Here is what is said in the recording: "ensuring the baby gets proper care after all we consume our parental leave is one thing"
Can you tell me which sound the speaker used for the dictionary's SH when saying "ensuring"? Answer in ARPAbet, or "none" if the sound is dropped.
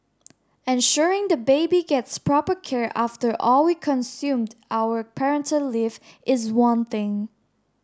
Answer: SH